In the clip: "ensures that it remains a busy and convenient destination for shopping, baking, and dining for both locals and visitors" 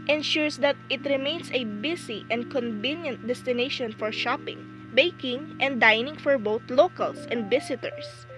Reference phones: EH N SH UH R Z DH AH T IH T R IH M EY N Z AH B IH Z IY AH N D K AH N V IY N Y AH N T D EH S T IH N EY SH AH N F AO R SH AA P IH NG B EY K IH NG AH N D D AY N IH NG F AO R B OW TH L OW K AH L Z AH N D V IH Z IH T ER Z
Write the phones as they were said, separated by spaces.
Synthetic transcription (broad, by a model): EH N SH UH R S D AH T IH T R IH M EY N S AH B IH S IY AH N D K AH N V IY N Y AH N T D EH S T IH N EY SH AH N F AO R SH AA P IH NG B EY K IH NG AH N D D AY N IH NG F AO R B OW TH L OW K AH L S AH N D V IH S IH T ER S